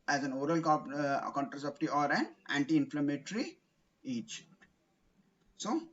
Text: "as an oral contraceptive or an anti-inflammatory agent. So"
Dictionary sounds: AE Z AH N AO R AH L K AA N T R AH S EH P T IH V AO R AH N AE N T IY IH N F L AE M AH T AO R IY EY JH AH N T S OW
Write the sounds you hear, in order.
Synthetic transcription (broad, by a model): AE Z AH N AO R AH L K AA N T R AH S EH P T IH AO R AH N AE N T IY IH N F L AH M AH T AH R IY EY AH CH S OW